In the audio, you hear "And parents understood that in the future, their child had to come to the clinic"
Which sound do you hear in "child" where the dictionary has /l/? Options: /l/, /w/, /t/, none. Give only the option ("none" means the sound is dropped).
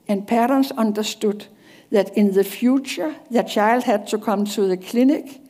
/l/